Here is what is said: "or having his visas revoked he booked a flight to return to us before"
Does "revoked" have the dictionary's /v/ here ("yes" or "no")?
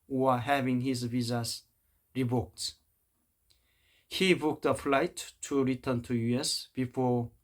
no